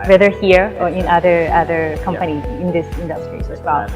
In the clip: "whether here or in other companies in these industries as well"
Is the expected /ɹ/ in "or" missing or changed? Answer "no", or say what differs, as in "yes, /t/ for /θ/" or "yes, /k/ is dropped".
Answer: no